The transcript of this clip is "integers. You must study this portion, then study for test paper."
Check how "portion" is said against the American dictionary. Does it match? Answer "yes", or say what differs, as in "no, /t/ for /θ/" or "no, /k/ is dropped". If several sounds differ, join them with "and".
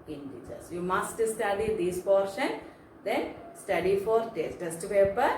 yes